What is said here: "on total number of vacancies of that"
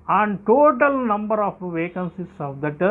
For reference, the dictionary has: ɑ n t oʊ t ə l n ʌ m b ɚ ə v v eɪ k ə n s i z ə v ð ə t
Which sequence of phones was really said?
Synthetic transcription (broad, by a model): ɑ n t oʊ t ə l n ʌ m b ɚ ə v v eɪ k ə n s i s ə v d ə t